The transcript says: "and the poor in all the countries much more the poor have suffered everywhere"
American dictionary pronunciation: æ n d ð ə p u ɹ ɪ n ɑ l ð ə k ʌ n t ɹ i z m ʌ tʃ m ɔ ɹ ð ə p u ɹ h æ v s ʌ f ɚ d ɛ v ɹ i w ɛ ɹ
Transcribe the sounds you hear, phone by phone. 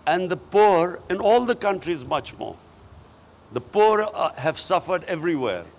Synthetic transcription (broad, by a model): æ n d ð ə p u ɹ ɪ n ɑ l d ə k ʌ n t ɹ i z m ʌ tʃ m ɔ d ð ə p u ɹ h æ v s ʌ f ɚ d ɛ v ɹ i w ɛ ɹ